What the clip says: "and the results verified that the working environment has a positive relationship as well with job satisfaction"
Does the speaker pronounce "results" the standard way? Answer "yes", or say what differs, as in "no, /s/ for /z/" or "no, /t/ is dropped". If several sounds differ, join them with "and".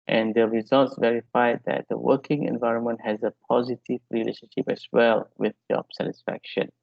yes